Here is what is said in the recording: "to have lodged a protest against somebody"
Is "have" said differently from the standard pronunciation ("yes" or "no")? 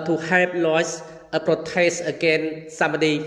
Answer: yes